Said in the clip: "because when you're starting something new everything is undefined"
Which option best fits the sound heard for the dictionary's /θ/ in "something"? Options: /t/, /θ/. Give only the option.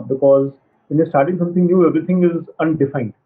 /t/